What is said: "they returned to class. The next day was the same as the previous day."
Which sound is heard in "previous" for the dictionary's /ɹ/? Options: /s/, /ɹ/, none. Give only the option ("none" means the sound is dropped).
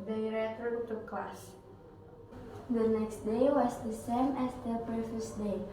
none